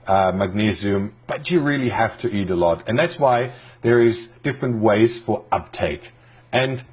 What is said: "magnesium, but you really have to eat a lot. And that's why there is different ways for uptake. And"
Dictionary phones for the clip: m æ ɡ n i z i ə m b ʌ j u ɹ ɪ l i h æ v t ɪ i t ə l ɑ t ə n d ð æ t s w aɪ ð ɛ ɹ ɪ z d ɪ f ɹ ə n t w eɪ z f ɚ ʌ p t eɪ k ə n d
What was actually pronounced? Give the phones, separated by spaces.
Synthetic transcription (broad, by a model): m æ ɡ n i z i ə m b ʌ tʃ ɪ ɹ ɪ l i h æ f t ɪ i t ə l ɑ t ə n ð æ t s w aɪ ð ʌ ɹ ɪ z d ɪ f ɹ ə n t w eɪ z f ɚ ʌ p t eɪ k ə n